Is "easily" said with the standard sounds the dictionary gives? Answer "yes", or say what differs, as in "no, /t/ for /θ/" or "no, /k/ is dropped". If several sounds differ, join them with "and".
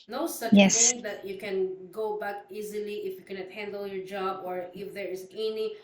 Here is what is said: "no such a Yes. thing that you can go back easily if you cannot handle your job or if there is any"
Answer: yes